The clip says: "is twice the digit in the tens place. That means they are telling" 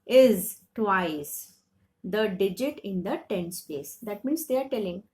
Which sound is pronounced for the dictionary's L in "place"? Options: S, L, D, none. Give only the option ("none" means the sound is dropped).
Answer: none